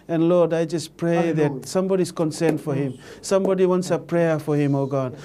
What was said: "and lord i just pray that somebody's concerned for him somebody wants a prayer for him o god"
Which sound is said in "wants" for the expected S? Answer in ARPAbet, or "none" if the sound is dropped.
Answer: S